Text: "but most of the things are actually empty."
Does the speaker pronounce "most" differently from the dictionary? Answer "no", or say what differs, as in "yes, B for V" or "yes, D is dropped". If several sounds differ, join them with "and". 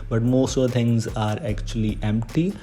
no